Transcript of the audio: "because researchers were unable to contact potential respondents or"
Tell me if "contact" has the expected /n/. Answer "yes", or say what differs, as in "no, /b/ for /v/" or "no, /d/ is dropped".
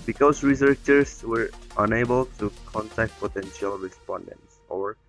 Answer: yes